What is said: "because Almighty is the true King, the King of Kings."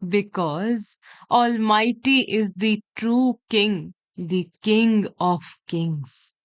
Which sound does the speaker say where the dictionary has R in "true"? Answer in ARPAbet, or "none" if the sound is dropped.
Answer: R